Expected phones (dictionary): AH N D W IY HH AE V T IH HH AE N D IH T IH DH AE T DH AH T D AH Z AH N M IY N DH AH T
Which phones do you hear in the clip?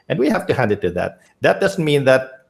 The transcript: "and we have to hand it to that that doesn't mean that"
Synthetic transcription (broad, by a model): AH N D W IY HH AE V T IH HH AE N D IH T IH DH AE T DH AH T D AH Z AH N M IY N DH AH T